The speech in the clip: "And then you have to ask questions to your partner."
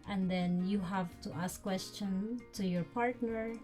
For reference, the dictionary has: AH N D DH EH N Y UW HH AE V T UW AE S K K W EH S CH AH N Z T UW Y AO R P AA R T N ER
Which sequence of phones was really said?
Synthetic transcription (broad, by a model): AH N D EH N Y UW HH AE V T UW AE S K K W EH S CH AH N T UW Y AO R P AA R T N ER